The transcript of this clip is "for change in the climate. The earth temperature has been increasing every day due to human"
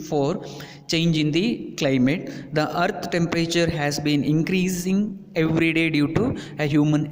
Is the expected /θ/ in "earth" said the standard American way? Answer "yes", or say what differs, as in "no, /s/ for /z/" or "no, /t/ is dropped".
no, /t/ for /θ/